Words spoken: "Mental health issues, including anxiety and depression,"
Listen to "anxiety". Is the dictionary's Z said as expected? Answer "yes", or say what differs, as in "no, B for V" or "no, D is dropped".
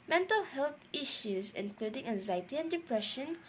yes